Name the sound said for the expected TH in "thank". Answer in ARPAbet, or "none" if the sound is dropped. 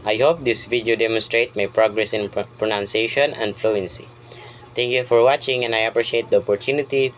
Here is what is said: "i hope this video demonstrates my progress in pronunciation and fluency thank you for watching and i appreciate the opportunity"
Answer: T